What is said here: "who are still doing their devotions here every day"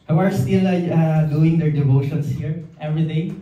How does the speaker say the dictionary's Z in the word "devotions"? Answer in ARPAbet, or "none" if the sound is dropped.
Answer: S